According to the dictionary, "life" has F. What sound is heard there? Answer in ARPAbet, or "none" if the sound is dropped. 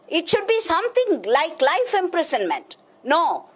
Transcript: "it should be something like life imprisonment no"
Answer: F